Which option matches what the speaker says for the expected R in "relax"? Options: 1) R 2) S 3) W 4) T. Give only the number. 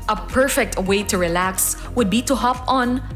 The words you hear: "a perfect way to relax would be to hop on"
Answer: 1